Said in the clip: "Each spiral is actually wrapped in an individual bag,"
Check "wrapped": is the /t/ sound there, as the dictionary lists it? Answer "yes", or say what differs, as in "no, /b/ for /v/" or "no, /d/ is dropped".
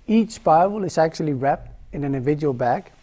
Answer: yes